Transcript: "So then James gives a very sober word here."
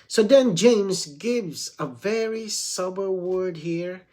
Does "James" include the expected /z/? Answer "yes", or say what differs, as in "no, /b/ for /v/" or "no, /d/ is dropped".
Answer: yes